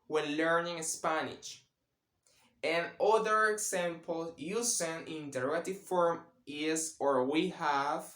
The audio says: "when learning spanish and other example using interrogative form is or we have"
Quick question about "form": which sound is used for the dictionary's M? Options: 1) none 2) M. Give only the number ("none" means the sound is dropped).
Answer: 2